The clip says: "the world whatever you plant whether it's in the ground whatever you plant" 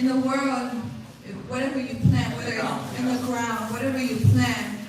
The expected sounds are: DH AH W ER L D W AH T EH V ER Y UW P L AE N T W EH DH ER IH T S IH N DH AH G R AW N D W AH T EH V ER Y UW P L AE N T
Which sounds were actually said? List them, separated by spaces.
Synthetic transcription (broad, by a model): DH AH W ER L D W AH T EH V ER Y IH P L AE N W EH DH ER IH IH N DH AH G R AW N D W AH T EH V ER Y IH P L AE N